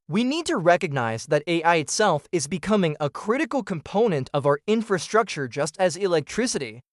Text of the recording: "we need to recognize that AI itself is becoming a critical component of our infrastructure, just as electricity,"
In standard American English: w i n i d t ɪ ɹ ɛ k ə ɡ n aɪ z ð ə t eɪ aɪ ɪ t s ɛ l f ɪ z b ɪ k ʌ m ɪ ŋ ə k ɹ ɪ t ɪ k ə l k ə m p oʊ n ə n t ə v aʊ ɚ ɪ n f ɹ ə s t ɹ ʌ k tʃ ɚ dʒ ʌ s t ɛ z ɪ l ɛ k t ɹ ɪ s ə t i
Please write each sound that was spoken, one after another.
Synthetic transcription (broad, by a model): w i n i d t ɪ ɹ ɛ k ə ɡ n aɪ z ð ə t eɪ aɪ ɪ t s ɛ l f ɪ z b ɪ k ʌ m ɪ ŋ ə k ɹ ɪ t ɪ k l k ə m p oʊ n ə n t ə v aʊ ɚ ɪ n f ɹ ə s t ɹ ʌ k tʃ ɚ dʒ ʌ s t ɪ z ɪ l ɛ k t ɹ ɪ s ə t i